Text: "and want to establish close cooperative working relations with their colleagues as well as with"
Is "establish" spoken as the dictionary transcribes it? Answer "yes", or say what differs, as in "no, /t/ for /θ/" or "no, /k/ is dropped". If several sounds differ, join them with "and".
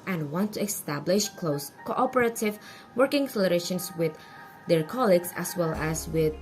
yes